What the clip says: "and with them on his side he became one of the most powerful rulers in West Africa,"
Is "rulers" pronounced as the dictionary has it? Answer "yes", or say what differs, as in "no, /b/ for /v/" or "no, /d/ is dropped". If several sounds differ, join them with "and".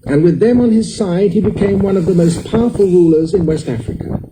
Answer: yes